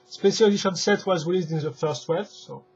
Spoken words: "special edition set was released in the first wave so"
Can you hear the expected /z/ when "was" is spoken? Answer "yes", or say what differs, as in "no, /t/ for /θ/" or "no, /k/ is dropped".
yes